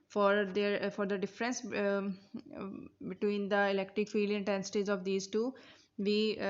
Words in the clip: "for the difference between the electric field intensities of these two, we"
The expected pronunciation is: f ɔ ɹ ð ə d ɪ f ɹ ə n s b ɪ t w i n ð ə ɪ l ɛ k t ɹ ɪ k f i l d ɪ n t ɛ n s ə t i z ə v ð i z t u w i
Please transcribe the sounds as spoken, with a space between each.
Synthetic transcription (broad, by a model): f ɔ ɹ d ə d ɪ f ɹ ə n s b ɪ t w i n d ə ɪ l ɛ k t ɹ ɪ k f i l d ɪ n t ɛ n s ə t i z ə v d i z t u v i